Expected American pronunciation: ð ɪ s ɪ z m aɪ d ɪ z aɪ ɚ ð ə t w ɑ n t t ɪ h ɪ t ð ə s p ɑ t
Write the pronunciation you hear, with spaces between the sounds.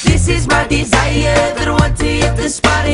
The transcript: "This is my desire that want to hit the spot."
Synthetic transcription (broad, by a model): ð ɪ s ɪ z m aɪ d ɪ z aɪ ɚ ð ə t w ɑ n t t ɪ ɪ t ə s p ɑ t